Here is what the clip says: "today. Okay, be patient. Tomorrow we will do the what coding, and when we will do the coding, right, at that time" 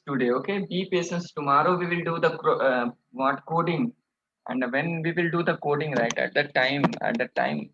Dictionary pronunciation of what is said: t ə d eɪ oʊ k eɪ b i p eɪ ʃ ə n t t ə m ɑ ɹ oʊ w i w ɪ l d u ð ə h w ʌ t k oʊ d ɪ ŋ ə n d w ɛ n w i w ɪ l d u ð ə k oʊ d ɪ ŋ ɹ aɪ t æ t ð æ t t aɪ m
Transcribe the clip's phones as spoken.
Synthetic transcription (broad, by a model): t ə d eɪ oʊ k eɪ b i p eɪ s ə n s t ə m ɑ ɹ oʊ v i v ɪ l d u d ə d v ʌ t k oʊ d ɪ ŋ ə n d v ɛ n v i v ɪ l d u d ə k oʊ d ɪ ŋ ɹ aɪ t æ t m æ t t aɪ m